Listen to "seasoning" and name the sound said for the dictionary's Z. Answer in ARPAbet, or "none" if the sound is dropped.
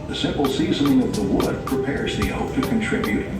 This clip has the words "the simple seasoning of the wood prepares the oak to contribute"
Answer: Z